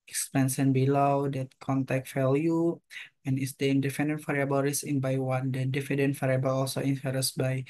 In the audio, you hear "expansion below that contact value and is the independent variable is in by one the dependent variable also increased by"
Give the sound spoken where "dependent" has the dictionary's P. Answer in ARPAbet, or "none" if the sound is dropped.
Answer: F